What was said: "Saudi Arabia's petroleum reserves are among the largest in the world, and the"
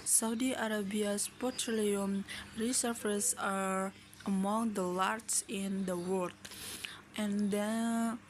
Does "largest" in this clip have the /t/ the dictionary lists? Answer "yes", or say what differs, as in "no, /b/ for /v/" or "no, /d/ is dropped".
no, /t/ is dropped